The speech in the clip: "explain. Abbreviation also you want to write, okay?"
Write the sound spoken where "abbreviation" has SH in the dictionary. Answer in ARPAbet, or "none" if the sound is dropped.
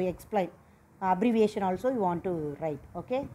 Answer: SH